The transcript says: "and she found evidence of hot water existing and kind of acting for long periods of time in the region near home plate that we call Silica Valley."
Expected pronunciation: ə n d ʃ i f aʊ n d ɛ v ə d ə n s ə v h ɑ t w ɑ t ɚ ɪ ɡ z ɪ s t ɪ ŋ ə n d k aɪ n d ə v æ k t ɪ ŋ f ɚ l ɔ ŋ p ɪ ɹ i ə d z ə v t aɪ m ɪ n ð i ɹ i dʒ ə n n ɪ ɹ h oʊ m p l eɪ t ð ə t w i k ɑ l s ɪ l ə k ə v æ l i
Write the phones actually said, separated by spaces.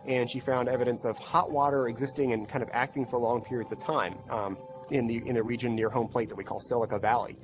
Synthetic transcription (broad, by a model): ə n ʃ i f aʊ n d ɛ v ə d ə n s ə v h ɑ t w ɑ t ɚ ɪ ɡ z ɪ s t ɪ ŋ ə n k aɪ n d ə v æ k t ɪ ŋ f ɚ l ɔ ŋ p ɪ ɹ i ə d z ə v t aɪ m ɪ n ð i ɹ i dʒ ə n n ɪ ɹ h oʊ m p l eɪ t ð ə t w i k ɑ l s ɪ l ə k ə v æ l i